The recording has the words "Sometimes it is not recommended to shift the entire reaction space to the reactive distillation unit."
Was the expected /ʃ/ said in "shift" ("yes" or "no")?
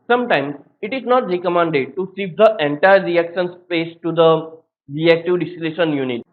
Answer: no